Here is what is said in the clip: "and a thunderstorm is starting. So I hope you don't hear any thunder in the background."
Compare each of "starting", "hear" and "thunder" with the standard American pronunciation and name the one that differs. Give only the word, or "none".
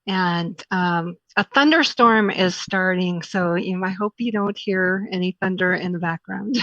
none